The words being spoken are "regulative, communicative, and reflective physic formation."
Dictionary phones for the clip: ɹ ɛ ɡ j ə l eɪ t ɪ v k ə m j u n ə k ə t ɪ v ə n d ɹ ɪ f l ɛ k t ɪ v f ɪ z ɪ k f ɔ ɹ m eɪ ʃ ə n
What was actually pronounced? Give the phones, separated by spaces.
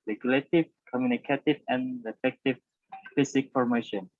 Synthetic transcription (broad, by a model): ɹ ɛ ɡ j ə l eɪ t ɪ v k ə m j u n ə k ə t ɪ v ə n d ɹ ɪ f ɛ k t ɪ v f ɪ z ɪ k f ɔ ɹ m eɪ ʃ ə n